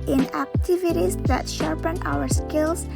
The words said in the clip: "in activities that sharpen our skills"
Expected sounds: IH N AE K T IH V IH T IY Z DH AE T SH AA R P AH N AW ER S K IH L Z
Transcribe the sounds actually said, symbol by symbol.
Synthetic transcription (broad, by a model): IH N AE K T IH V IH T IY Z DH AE T SH AA R P AH N AW ER S K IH L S